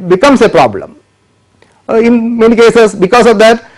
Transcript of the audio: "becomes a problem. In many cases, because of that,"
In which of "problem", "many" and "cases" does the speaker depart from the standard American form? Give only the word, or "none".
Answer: cases